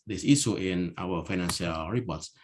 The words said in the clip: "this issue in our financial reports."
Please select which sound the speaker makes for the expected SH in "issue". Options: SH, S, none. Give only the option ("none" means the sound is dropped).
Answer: S